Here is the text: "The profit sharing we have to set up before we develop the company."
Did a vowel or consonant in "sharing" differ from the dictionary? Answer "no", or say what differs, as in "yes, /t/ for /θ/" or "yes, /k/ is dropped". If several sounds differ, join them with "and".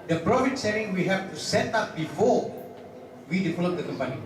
yes, /s/ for /ʃ/